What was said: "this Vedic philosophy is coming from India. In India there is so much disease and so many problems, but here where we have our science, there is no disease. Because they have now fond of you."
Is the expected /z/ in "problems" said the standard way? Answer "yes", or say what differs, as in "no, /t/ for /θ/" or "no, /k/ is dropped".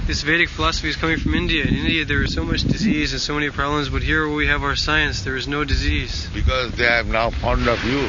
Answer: yes